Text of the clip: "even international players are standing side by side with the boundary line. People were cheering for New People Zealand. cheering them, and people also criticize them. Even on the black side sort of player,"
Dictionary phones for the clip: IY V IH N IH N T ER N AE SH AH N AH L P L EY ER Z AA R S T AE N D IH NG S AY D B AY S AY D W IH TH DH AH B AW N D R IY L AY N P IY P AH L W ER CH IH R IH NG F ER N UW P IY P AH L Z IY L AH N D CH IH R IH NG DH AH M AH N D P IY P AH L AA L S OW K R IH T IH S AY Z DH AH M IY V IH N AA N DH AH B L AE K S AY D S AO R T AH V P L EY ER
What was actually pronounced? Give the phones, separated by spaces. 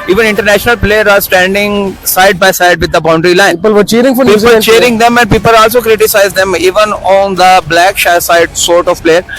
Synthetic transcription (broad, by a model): IY V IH N IH N T ER N AE SH AH N AH L P L EY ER AA R S T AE N D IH NG S AY D B AY S AY D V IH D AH B AW N D R IY L AY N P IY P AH L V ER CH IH R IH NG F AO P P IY AH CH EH R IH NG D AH M AH N D P IY P AH L AA L S OW K R IH T IH S AY Z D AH M IY V IH N AA N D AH B L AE K S AY D S AO R T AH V P L EY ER